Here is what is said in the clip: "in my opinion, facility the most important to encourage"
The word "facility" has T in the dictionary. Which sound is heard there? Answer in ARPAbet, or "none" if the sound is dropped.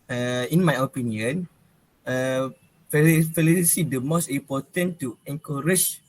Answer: S